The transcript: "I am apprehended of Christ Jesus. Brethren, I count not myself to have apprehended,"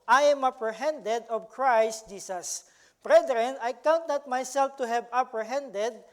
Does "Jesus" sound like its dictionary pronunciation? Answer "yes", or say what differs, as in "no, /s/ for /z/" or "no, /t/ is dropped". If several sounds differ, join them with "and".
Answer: no, /s/ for /z/